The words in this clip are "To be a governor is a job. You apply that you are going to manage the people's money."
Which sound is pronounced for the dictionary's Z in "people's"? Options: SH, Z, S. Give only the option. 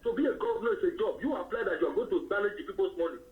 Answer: S